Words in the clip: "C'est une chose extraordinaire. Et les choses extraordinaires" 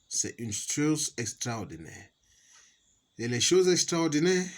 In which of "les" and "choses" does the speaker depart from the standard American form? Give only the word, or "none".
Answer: choses